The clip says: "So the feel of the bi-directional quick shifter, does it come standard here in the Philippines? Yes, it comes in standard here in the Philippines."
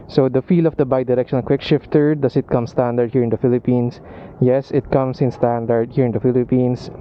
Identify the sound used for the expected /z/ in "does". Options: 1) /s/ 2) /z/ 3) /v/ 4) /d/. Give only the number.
1